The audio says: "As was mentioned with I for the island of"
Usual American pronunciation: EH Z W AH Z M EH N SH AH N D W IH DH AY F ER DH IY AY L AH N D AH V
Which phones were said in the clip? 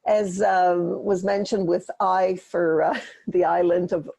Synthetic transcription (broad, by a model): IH Z W AH Z M EH N SH AH N D W IH DH AY F ER DH IY AY L AH N D AH V